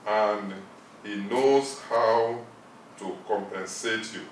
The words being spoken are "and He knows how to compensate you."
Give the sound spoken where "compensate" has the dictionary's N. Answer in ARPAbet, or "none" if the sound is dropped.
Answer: N